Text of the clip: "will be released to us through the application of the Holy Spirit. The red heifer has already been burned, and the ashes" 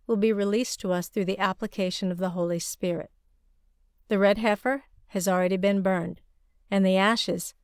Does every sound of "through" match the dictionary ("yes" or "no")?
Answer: yes